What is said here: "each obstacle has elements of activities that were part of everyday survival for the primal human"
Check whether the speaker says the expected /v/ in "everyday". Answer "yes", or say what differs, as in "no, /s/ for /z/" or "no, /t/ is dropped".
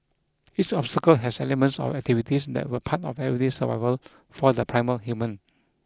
no, /v/ is dropped